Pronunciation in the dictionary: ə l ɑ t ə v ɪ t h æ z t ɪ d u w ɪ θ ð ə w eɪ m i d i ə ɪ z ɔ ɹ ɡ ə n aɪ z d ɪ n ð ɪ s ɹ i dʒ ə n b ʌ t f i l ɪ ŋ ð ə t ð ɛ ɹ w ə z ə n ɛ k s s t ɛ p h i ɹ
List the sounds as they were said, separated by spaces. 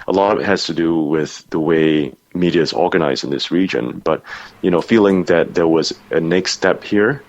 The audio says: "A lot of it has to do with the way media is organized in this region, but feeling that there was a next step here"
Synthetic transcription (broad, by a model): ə l ɑ t ə v ɪ t h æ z t ɪ d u w ɪ ð ə w eɪ m i d i ɪ z ɔ ɹ ɡ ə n aɪ z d ɪ n ð ɪ s ɹ i dʒ ə n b ʌ t f i l ɪ ŋ ð ə t ð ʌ ɹ w ə z ə n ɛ k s s t ɛ p h i ɹ